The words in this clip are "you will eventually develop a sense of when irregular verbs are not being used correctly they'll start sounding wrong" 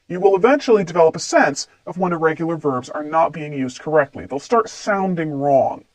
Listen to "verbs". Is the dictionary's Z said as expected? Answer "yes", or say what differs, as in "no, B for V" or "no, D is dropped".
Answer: yes